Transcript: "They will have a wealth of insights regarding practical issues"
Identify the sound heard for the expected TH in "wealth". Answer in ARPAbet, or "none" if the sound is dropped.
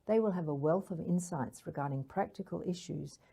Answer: TH